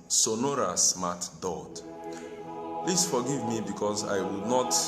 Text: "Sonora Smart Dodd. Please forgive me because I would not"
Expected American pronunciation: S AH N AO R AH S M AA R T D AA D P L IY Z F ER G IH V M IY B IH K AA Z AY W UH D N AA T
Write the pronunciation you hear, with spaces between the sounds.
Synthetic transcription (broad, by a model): S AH N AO R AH S M AA T D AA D P L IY S F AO G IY V M IY B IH K AA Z AY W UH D N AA T